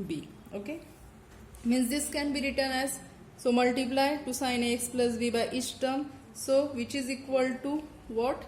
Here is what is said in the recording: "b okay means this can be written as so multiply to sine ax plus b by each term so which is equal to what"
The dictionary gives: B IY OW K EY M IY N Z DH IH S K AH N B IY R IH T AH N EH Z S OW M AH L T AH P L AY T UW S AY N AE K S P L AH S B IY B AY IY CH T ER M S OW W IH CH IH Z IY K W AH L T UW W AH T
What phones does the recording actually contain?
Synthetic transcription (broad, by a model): B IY OW K EY M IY N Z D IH S K AH N B IY R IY T AH N EH Z S OW M AH L T AH P L AY T UW S AY N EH K S P L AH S B IY B AY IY S T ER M S OW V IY CH IH Z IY K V AH L T UW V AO T